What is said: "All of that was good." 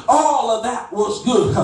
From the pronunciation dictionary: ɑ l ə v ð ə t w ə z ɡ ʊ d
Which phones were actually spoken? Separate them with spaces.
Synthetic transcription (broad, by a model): ɑ l ə v ð ə t w ə z ɡ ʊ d